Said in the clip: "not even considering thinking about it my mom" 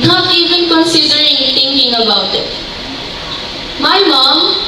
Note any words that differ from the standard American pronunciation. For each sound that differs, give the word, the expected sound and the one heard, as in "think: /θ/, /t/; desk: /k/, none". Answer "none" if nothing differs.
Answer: thinking: /θ/, /t/